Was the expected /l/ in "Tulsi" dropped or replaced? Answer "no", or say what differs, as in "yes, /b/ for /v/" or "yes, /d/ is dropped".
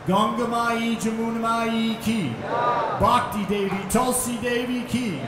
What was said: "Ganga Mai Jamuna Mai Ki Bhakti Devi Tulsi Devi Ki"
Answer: no